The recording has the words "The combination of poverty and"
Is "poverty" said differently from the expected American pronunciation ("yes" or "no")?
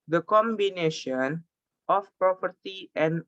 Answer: yes